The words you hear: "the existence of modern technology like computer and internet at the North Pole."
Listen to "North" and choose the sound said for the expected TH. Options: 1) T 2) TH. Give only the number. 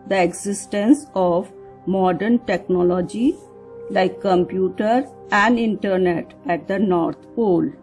1